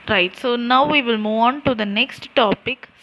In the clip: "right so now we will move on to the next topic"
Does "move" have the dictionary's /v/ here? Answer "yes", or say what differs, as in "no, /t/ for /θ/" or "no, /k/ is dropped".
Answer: yes